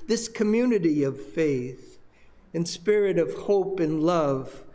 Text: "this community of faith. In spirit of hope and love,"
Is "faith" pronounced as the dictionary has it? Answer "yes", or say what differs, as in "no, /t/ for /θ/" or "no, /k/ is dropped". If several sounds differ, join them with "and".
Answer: yes